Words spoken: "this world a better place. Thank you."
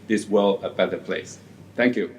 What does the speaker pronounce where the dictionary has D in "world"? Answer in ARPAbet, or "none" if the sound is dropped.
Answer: none